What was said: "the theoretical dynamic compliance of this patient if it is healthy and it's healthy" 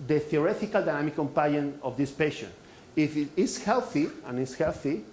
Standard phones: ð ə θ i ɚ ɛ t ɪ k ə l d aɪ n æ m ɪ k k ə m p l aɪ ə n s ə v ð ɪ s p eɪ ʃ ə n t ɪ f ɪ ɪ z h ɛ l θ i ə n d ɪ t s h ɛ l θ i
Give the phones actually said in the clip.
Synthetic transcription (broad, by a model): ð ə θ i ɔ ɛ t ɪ k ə l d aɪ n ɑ m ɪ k k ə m p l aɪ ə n ə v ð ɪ s p eɪ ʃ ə n ɪ f ɪ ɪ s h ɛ l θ i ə n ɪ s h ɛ l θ i